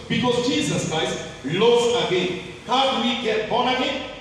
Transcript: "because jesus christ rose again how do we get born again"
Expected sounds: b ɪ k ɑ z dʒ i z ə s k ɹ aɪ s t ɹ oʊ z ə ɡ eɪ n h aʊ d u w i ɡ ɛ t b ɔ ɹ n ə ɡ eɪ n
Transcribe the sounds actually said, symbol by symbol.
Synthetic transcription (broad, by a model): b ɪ k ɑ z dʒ i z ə s k ɹ aɪ s t l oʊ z ə ɡ eɪ n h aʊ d w i ɡ ɛ t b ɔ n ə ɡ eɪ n